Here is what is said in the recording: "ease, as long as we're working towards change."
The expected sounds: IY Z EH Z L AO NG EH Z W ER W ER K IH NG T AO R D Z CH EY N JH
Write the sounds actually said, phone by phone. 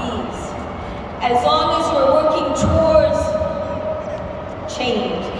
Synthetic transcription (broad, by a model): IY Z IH Z L AO NG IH Z W ER W ER K IH NG T AO R D Z CH EY N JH